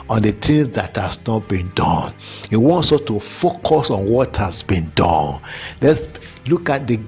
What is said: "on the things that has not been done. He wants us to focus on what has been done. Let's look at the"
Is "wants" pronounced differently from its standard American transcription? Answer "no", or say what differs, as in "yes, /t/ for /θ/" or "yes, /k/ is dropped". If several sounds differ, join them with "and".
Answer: no